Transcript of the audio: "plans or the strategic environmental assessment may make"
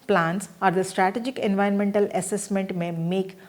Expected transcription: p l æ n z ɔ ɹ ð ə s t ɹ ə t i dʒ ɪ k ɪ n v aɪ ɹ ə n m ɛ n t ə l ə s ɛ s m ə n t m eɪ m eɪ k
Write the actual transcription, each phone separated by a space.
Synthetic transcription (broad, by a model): p l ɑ n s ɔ ɹ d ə s t ɹ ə t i dʒ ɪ k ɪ n v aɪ ə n m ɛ n t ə l ə s ɛ s m ə n t m eɪ m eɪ k